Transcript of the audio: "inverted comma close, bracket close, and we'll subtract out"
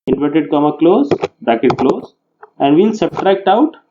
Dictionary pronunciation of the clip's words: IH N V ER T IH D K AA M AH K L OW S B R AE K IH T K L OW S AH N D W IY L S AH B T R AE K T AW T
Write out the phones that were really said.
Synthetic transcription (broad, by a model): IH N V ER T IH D K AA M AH K L OW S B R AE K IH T K L OW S AH N D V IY N S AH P T R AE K T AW T